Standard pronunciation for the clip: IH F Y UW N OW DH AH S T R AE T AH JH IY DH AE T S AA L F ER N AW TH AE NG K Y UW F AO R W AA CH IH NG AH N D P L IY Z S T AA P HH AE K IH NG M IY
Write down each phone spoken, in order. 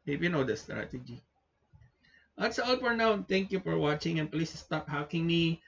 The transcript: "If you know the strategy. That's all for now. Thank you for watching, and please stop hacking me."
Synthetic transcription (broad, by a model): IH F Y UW N OW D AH S T R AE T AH JH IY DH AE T S AA L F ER N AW T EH NG K Y UW F AO R W AA CH IH NG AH N P L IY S S T AA P HH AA K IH NG M IY